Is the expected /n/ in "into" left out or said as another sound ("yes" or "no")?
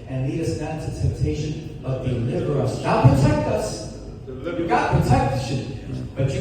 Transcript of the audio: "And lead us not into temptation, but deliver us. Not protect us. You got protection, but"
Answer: yes